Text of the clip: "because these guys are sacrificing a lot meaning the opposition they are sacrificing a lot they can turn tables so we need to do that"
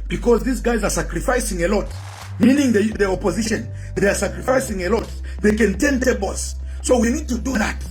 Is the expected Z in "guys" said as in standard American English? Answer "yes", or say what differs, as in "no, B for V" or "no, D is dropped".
yes